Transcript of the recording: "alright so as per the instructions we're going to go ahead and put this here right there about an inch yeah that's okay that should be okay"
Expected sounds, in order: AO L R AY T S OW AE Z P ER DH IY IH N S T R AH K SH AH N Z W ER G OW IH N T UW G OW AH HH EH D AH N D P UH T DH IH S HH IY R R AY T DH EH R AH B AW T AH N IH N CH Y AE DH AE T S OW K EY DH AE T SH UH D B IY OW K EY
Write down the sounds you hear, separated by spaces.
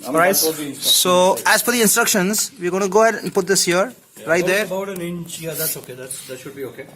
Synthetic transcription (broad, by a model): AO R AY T S OW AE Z F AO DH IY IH N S T R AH K SH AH N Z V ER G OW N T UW G OW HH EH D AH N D P UH T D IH S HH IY R R AY T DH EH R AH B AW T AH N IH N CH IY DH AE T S OW K EY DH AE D SH UH D B IY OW K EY